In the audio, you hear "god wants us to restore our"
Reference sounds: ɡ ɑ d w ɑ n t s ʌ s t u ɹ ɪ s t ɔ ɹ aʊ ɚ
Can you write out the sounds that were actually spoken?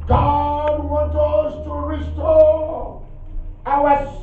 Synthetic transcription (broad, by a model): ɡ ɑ d w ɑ n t ʌ s t u ɹ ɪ s t ɔ aʊ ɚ